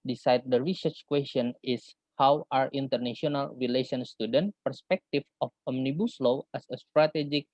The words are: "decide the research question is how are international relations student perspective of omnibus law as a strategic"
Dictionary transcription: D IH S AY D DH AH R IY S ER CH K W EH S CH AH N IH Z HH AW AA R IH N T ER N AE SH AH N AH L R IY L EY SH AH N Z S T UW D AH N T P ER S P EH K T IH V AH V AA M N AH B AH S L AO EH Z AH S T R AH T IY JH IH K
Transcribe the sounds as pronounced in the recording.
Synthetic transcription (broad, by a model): D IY S AY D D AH R IY S ER CH K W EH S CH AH N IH S HH AW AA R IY N T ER N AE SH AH N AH L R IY L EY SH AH N S T UW D AH N T P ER S P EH K T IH F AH F AA M N AH B AH S L AO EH S AH S T R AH T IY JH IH K